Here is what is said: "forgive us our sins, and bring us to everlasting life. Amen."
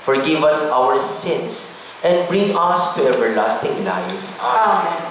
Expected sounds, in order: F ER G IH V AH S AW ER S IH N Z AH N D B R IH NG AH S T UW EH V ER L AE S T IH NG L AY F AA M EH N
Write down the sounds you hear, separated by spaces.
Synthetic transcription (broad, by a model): F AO G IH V AH S AW ER S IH N S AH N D B R IH NG AH S T UW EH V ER L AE S T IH NG L AY F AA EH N